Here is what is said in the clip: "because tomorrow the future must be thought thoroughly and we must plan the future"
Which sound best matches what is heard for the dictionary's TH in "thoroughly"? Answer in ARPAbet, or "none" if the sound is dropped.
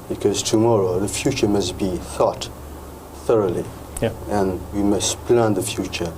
TH